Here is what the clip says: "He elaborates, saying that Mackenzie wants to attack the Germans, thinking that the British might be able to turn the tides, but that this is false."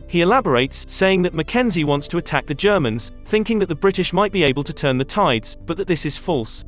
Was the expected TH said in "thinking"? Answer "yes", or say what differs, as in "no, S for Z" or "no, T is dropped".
yes